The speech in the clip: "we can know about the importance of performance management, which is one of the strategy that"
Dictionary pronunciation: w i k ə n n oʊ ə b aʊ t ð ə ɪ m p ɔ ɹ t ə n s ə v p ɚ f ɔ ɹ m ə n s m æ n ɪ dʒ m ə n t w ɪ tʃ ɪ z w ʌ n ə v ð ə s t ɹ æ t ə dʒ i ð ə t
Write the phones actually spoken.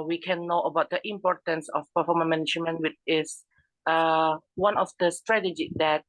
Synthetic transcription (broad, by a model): w i k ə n n oʊ ə b aʊ t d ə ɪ m p ɔ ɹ t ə n s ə f p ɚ f ɔ m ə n m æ n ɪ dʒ m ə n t w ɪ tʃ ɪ s w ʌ n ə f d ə s t ɹ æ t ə dʒ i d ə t